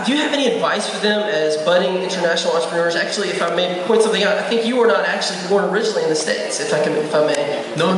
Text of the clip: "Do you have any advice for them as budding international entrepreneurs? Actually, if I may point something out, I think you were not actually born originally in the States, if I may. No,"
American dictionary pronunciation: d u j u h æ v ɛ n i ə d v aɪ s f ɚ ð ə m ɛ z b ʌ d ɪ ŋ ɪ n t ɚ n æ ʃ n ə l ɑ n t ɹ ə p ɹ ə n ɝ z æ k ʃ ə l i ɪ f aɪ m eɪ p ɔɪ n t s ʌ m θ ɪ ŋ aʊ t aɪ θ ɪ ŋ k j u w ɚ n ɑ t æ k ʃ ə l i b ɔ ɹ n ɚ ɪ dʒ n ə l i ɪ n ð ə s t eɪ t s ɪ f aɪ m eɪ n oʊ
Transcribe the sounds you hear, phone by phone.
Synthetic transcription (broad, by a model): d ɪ j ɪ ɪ v ɛ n i ə d v aɪ s f ɚ ð ə m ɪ z b ʌ d ɪ ŋ ɪ n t ɚ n æ ʃ n l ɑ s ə ɹ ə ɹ z æ k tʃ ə l i ɪ f aɪ m eɪ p ɔɪ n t s ʌ m θ ɪ ŋ aʊ t aɪ θ ɪ ŋ k j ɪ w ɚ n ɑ t æ k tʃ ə l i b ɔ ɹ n ɚ ɪ dʒ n l i ɪ n ð ə s t eɪ t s ɪ f aɪ m eɪ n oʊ